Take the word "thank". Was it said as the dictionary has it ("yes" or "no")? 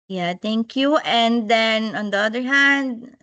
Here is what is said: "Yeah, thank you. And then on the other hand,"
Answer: no